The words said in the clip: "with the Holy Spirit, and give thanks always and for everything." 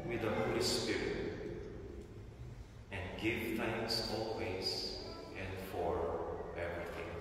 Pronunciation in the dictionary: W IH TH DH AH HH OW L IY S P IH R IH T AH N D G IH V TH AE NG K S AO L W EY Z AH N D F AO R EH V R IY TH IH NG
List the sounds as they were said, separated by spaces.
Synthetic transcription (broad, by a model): W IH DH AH HH OW L IY S P IH R IH T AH N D G IH V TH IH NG S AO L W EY S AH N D F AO R EH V R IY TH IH NG